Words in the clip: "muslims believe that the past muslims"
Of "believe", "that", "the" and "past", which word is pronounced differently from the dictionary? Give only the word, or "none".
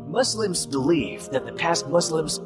believe